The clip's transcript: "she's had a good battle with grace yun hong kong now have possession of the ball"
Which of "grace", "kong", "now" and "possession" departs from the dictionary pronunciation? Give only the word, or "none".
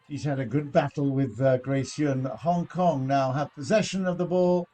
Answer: none